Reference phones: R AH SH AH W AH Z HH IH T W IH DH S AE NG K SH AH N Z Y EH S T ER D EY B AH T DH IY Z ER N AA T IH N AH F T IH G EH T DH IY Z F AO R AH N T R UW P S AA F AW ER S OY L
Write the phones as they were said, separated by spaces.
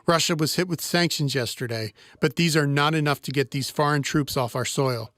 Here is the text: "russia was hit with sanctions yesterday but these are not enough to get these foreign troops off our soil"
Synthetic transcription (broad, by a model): R AH SH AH W AH Z HH IH T W IH DH S AE NG K SH AH N Z Y EH S T ER D EY B AH T DH IY Z ER N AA T IH N AH F T IH G EH T DH IY Z F AO R AH N T R UW P S AA F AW ER S OY L